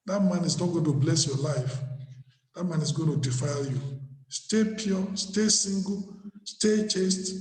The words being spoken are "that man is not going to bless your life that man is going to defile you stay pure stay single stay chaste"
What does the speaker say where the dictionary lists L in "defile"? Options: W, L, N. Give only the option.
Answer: L